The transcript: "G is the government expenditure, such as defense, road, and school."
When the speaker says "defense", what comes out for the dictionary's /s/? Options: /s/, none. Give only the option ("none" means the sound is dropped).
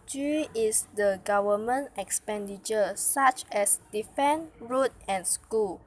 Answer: none